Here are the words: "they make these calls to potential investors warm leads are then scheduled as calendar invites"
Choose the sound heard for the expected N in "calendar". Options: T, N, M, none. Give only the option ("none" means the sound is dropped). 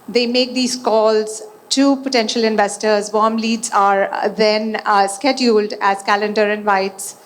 N